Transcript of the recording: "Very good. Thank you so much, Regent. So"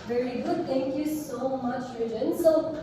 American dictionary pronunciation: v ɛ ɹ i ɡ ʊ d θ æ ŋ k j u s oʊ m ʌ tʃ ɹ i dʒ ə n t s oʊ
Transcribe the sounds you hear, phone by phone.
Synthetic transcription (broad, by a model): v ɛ ɹ i ɡ ʊ d t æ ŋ k j u s oʊ m ʌ tʃ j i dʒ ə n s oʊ